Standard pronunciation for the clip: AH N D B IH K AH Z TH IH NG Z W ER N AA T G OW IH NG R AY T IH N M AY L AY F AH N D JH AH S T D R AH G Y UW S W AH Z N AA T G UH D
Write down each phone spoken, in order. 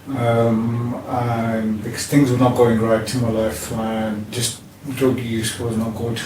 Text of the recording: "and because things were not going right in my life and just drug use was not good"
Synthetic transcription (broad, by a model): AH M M B IH K AH Z TH IH NG Z W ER N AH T G OW IH NG R AY T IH M AY L AY F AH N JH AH S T D R AH G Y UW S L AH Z N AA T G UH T